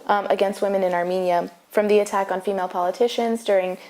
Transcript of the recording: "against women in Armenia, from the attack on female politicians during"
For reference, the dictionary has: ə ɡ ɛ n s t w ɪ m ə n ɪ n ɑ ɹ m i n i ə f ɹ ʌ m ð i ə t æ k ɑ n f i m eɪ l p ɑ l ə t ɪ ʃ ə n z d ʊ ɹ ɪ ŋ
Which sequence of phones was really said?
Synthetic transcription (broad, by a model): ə ɡ ɛ n s t w ɪ m ə n ɪ n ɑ ɹ m i n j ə f ɹ ʌ m ð i ə t æ k n f i m eɪ l p ɑ l ə t ɪ ʃ ə n z d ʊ ɹ ɪ ŋ